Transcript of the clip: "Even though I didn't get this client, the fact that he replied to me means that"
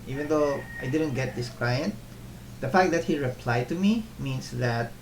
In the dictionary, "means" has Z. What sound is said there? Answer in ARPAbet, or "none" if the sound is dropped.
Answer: S